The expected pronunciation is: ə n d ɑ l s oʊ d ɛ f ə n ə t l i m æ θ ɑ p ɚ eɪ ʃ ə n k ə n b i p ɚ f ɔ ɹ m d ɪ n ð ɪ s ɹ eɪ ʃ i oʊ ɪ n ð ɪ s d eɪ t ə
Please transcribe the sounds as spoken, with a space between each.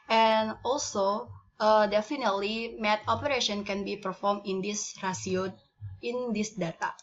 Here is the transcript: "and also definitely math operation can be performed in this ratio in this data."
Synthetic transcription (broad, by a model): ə n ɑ l s oʊ d ɛ f ə n ə t l i m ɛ t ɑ p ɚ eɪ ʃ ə n k ə n b i p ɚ f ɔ ɹ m ɪ n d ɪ s ɹ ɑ s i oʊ ɪ n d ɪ s d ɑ t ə